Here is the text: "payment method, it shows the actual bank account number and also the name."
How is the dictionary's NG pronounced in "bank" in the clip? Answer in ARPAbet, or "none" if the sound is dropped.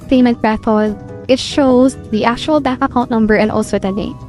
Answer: none